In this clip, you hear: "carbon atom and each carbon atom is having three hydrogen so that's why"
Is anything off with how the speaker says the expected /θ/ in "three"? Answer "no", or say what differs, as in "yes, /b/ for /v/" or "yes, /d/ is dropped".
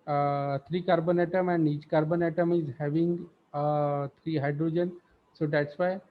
yes, /t/ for /θ/